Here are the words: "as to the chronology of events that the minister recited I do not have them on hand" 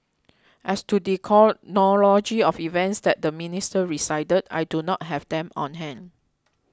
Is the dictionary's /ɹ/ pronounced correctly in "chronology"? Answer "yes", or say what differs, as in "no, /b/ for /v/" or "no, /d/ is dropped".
no, /ɹ/ is dropped